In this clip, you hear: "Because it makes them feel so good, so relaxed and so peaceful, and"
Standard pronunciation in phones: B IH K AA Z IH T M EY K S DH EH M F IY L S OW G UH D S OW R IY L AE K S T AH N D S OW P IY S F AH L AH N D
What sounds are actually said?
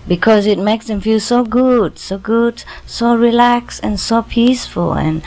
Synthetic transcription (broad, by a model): B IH K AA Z IH T M EY K S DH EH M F IY L S OW G UH D S OW R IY L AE K S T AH N S OW P IY S F AH L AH N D